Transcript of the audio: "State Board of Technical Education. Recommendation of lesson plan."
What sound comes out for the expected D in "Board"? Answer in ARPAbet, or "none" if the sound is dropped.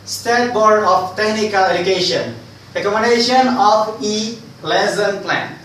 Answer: D